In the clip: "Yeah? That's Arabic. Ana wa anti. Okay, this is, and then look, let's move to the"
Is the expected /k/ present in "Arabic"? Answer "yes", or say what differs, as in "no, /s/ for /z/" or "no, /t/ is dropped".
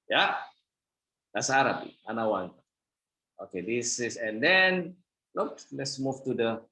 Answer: no, /k/ is dropped